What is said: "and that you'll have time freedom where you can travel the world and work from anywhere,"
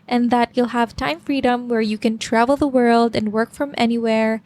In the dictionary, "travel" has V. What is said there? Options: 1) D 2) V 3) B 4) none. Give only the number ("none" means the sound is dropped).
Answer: 2